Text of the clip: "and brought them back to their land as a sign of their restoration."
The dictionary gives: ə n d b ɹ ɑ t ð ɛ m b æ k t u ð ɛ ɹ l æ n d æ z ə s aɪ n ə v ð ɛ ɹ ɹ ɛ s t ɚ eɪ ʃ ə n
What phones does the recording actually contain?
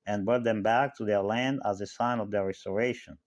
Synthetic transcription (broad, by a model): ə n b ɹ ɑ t ð ɛ m b æ k t u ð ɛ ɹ l æ n d æ z ə s aɪ n ə v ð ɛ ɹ ɹ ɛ s t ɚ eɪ ʃ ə n